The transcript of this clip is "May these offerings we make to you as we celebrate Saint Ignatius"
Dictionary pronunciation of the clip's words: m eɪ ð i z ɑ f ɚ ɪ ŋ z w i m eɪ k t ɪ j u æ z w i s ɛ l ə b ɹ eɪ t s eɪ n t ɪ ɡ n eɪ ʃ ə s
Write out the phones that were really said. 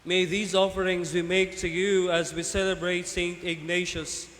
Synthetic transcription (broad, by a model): m eɪ ð i z ɑ f ɚ ɪ ŋ z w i m eɪ k t ɪ j u æ z w i s ɛ l ə b ɹ eɪ t s eɪ n t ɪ ɡ n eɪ ʃ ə s